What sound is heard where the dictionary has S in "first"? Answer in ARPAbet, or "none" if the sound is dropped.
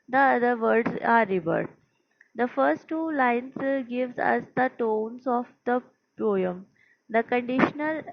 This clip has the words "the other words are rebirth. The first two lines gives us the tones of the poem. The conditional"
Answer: S